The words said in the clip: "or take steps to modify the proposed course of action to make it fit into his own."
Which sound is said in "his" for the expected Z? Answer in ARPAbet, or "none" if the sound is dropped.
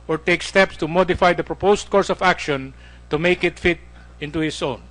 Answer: S